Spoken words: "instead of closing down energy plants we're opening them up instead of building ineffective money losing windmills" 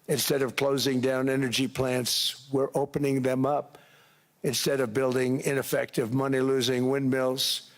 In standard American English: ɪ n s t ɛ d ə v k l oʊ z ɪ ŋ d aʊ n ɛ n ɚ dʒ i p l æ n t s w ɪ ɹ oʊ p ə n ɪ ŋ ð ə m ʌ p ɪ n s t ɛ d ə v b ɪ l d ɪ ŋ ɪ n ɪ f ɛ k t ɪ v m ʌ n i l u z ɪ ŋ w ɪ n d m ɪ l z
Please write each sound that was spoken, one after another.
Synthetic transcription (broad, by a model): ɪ n s t ɛ d ə v k l oʊ z ɪ ŋ d aʊ n ɛ n ɚ dʒ i p l æ n t s w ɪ ɹ oʊ p ə n ɪ ŋ ð ə m ʌ p ɪ n s t ɛ d ə v b ɪ l d ɪ ŋ ɪ n ɪ f ɛ k t ɪ v m ʌ n i l u z ɪ ŋ w ɪ n m ɪ l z